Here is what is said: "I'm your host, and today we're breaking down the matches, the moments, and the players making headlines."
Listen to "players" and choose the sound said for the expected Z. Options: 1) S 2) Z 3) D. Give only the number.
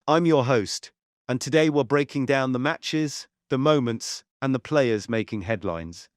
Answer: 2